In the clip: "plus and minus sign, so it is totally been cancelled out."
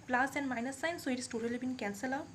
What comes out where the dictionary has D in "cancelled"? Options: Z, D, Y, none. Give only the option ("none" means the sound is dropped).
none